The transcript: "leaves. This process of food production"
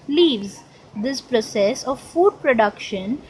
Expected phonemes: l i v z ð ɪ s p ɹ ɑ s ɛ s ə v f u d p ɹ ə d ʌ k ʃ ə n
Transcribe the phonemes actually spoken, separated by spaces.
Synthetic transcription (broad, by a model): l i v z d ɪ s p ɹ ɑ s ɛ s ə v f u d p ɹ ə d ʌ k ʃ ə n